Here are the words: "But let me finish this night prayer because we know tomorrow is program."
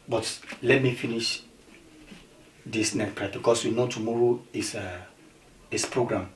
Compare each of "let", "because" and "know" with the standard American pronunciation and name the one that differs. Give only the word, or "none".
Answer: because